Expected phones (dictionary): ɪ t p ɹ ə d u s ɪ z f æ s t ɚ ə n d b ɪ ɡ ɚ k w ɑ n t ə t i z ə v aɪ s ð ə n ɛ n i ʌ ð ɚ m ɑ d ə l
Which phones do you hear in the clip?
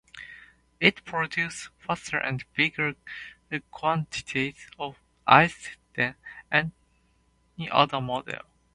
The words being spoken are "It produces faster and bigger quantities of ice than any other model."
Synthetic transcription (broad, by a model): ɪ t p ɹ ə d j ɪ s f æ s t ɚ ə n d b ɪ ɡ ɚ k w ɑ n t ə t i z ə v aɪ s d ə n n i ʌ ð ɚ m ɑ d ə l